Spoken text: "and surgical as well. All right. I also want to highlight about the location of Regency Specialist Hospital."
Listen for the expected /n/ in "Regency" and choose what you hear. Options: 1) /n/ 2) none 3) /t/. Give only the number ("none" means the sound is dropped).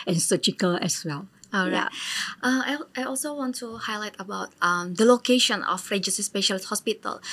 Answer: 2